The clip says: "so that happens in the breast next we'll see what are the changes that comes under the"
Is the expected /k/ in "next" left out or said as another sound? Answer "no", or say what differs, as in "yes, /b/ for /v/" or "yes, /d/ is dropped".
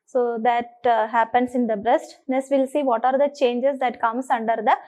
yes, /k/ is dropped